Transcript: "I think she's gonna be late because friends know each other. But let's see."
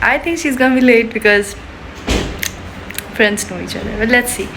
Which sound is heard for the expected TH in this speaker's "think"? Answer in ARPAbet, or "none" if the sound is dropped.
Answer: T